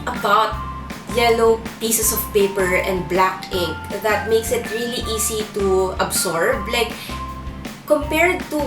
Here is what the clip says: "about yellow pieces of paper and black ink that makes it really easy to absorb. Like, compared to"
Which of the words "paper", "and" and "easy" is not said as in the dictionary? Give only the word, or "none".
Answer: easy